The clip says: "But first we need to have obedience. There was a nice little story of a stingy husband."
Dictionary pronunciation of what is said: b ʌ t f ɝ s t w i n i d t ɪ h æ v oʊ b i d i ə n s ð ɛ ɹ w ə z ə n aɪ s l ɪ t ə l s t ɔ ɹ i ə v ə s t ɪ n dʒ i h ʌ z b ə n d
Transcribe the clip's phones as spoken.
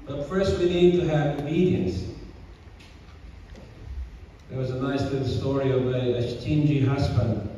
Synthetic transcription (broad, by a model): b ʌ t f ɝ s t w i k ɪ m t ɪ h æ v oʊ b i d i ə n s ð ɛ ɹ w ə z ə n aɪ s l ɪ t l s t ɔ ɹ i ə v ə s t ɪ n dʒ i h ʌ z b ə n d